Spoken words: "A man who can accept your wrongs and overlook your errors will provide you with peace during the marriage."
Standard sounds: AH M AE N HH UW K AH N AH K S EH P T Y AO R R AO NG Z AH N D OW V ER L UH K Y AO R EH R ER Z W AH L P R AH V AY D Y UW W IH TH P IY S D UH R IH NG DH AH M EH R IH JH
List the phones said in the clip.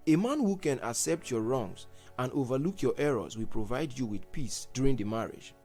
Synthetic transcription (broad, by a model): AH M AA N HH UW K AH N AH K S EH P T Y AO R R AO NG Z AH N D OW V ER L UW K Y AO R EH R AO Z W AH L P R AH V AY D Y UW W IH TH P IY S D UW R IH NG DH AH M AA R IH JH